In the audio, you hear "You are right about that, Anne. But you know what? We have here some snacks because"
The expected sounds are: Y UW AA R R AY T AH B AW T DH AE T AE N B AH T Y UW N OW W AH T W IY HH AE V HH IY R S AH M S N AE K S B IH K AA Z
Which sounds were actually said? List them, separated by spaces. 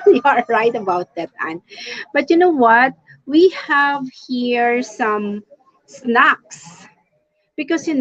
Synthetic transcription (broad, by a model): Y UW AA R R AY T AH B AW T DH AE T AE N B AH T Y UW N OW W AH T W IY HH AE V HH IY R S AH M S N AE K S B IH K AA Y